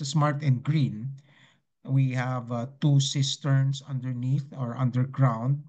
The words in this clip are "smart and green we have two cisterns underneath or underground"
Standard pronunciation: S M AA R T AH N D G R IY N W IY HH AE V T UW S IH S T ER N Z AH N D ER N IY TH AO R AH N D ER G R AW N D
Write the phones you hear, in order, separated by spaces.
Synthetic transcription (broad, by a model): S M AA R T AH N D G R IY N W IY HH AE V T UW S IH S T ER N S AH N D ER N IY TH AO R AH N D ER G R AW N D